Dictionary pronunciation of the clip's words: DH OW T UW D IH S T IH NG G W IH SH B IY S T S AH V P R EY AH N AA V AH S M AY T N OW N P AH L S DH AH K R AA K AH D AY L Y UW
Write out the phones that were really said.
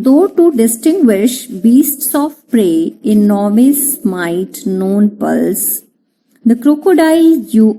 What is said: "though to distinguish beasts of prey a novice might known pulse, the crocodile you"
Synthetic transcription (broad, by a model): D OW T UW D IH S T IH NG G W IH SH B IY S T S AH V P R EY AH N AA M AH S M AY T N OW N P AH L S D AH K R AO K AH D AY L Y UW